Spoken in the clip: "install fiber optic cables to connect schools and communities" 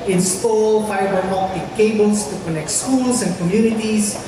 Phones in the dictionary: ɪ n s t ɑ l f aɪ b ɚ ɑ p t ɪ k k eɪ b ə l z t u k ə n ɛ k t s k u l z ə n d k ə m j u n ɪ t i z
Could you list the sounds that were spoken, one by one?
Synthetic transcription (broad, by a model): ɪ n s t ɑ l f aɪ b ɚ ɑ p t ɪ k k eɪ b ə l s t u k ə n ɛ k t s k u l s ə n k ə m j u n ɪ t i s